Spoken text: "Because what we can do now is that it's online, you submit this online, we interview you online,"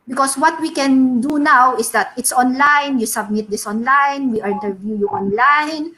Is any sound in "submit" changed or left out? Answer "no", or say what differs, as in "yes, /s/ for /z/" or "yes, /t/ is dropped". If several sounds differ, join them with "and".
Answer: no